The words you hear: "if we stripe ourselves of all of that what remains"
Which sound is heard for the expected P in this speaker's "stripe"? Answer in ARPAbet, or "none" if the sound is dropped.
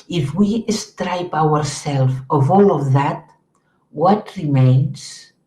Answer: P